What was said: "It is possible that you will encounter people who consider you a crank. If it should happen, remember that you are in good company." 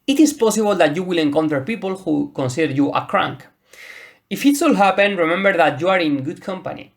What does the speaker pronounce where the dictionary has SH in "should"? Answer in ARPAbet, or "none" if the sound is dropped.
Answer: S